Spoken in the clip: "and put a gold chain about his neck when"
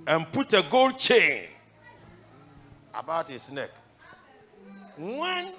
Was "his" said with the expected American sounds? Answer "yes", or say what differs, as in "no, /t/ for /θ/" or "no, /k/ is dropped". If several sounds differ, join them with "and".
no, /s/ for /z/